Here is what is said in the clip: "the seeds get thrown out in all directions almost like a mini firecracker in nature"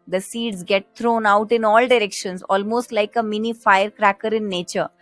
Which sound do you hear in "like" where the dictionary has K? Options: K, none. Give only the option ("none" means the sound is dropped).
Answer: K